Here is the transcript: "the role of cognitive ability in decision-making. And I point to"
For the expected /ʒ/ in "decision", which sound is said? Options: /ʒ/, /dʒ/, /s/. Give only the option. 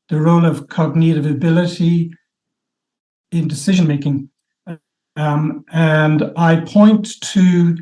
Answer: /ʒ/